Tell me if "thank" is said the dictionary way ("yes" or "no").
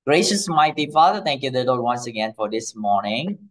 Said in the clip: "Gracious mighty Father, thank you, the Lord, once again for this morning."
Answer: no